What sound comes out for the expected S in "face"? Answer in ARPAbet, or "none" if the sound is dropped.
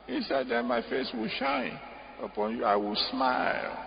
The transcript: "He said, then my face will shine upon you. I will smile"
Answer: S